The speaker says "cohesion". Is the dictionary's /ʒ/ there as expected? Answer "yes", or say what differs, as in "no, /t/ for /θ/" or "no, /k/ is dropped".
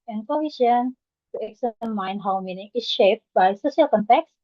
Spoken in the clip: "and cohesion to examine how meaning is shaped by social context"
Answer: no, /ʃ/ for /ʒ/